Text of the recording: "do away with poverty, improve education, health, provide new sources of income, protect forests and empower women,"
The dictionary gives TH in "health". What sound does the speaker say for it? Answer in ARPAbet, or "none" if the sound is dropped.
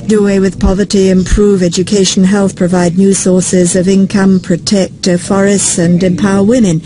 TH